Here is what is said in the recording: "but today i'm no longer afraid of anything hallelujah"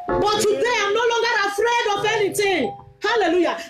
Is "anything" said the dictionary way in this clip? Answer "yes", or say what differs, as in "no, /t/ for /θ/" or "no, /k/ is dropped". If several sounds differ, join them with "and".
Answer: no, /t/ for /θ/